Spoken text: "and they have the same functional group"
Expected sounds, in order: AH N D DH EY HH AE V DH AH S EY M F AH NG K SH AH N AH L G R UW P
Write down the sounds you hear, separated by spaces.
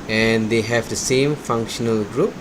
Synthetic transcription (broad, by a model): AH N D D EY HH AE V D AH S EY M F AH NG K SH AH N AH L G R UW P